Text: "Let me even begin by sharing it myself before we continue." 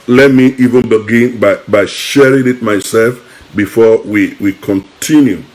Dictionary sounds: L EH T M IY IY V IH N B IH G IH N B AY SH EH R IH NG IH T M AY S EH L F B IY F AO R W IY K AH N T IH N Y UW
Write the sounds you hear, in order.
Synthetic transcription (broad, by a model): L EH T M IY IY V IH N B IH G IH N B AY SH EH R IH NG IH T M AY S EH L F B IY F AO W W IY K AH N T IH N Y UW